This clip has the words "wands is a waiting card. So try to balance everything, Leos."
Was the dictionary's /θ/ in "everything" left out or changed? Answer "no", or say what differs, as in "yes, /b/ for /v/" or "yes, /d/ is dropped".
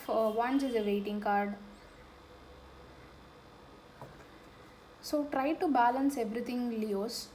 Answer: yes, /t/ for /θ/